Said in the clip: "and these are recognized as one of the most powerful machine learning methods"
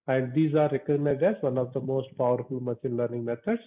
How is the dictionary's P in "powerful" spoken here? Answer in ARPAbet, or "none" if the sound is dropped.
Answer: P